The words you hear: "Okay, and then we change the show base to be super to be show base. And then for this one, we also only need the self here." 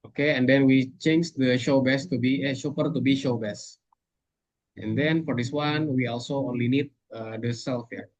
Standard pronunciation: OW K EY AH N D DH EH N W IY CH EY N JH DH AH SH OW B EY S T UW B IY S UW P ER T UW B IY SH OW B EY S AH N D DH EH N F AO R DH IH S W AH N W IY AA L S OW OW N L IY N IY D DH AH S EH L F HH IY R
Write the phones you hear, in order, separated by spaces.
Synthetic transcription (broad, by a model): OW K EY AH N D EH N W IY CH EY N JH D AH SH OW B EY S T UW B IY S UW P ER T UW B IY SH OW B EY S AH N D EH N F AO R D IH S W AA N W IY AA L S OW OW N L IY N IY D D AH S EH L F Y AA